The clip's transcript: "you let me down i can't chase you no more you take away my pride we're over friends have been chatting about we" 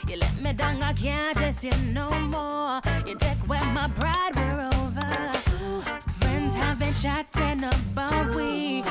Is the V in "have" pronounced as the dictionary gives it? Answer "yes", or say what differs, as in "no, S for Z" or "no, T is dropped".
yes